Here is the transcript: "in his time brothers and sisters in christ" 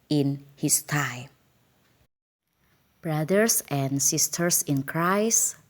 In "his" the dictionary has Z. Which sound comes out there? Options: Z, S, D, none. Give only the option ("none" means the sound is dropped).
S